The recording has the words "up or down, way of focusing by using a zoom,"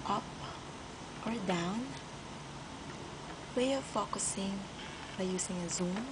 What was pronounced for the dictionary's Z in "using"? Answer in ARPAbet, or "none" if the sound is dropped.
S